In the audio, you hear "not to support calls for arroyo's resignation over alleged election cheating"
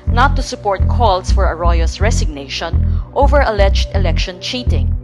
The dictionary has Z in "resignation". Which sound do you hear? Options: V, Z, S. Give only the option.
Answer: S